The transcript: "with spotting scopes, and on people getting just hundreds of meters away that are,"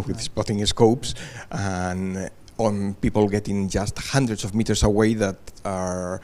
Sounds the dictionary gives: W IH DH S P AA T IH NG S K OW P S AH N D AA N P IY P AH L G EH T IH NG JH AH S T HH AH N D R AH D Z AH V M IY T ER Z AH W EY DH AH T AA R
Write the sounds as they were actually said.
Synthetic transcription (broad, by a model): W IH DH S P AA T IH NG S K OW P S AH N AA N P IY P AH L G EH T IH NG JH AH S T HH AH N D R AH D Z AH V M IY T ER S AH W EY DH AH T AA R